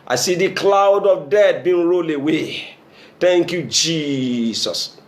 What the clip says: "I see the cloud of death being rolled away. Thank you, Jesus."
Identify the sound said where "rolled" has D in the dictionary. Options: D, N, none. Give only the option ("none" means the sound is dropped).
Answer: none